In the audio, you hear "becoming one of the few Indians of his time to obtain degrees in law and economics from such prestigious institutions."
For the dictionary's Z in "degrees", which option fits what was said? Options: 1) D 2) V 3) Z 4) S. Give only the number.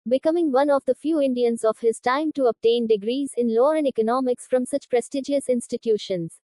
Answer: 3